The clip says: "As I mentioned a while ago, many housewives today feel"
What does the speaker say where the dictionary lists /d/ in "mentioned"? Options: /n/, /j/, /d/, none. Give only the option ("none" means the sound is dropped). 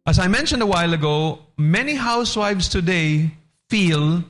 /d/